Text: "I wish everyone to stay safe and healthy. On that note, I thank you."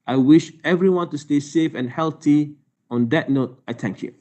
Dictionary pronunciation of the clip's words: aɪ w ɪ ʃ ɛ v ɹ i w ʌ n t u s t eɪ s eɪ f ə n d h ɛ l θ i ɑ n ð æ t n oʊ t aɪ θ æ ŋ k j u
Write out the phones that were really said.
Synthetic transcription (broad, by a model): aɪ w ɪ ʃ ɛ v ɹ i w ʌ n t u s t eɪ s eɪ f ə n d h ɛ l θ i ɑ n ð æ t n oʊ t aɪ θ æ ŋ k j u